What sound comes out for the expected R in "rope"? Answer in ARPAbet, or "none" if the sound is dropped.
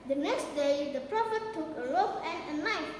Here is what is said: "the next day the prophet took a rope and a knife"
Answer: L